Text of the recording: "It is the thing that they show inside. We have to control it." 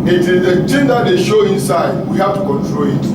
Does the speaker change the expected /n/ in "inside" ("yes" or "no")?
no